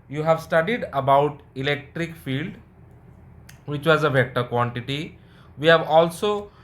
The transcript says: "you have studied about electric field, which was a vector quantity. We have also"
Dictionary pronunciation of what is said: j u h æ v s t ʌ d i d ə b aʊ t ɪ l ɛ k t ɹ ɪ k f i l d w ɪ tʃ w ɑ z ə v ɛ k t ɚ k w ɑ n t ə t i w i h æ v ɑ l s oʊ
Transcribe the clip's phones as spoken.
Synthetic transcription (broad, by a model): j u h æ v s t ʌ d i d ə b aʊ t ɪ l ɛ k t ɹ ɪ k f i l d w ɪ tʃ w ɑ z ə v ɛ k t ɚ k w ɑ n t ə t i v i h æ v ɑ l s oʊ